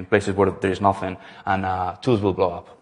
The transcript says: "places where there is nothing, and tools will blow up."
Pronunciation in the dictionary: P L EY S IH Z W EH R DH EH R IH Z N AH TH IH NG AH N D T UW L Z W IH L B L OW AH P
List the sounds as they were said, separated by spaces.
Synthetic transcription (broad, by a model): P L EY S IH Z W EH R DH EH R IH Z N AH TH IH NG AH N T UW Z W IH L B L OW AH P